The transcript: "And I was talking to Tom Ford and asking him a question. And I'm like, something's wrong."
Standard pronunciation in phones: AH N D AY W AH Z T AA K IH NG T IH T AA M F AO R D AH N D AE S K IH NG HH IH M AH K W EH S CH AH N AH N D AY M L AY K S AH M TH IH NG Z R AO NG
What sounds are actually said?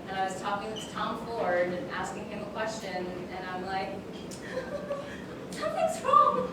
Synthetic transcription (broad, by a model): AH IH W AH Z T AA K IH NG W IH T AA M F AO R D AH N AE S K IH NG HH IH M AH K W EH S CH AH N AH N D AY M L AY K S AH TH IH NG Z R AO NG